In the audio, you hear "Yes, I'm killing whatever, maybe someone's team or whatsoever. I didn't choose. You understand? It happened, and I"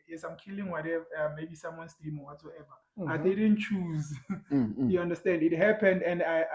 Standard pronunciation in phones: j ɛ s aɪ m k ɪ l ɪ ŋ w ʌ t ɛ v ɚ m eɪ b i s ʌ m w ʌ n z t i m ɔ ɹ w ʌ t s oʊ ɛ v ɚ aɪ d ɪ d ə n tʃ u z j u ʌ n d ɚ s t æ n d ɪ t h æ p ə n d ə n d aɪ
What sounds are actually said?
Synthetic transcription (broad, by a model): j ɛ s aɪ m k ɪ l ɪ ŋ w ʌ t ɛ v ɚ m eɪ b i s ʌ m w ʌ n s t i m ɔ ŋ w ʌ t s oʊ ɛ v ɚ aɪ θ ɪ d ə n tʃ u z j u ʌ n d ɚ s t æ n d ɪ t h æ p ə n d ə n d aɪ